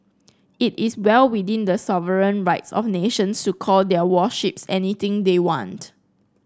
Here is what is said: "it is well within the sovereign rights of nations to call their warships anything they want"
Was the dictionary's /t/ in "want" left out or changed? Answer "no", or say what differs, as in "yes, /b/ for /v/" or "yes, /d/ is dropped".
no